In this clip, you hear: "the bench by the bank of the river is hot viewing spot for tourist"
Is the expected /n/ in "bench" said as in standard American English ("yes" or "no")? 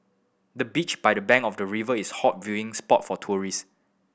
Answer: no